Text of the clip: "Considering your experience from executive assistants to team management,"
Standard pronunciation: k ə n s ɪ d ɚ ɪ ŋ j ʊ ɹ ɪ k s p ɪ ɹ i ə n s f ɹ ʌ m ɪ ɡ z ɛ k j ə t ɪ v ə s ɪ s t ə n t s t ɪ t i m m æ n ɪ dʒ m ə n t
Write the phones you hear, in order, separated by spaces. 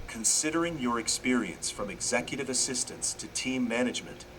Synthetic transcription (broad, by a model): k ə n s ɪ d ɚ ɪ ŋ j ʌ ɹ ɪ k s p ɪ ɹ i ə n s f ɹ ʌ m ɪ ɡ z ɛ k j ə t ɪ v ə s ɪ s t ə n t s t ɪ t i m m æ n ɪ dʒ m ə n t